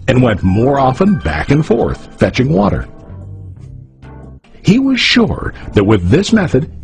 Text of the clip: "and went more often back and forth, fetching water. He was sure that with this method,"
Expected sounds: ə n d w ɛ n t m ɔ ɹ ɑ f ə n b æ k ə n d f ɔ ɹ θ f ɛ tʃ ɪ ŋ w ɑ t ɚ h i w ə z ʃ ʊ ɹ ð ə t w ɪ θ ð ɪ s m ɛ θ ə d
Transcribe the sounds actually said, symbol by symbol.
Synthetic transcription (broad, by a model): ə n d w ɛ n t m ɔ ɹ ɑ f ə n b æ k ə n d f ɔ ɹ θ f ɛ tʃ ɪ ŋ w ɑ t ɚ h i w ə z ʃ ʊ ɹ ð ə t w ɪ ð ɪ s m ɛ θ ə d